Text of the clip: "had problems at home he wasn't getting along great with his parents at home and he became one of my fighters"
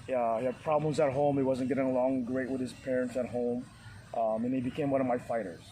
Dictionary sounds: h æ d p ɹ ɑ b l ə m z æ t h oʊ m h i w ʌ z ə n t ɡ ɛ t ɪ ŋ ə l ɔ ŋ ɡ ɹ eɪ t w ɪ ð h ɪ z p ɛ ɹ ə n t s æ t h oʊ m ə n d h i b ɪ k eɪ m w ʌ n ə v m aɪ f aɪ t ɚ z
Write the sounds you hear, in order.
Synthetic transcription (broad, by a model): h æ d p ɹ ɑ b l ə m z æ t h oʊ m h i w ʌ z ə n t ɡ ɛ t ɪ ŋ ə l ɔ ŋ ɡ ɹ eɪ t w ɪ ð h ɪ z p ɛ ɹ ə n t s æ t h oʊ m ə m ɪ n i b ɪ k eɪ m w ʌ n ə v m aɪ f aɪ t ɚ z